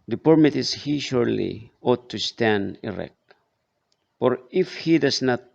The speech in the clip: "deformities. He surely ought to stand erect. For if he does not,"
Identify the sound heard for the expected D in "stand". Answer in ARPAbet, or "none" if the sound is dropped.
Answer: D